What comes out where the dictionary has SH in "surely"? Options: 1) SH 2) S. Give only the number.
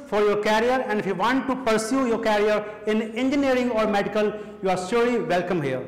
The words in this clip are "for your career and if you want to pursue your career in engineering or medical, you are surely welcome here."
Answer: 2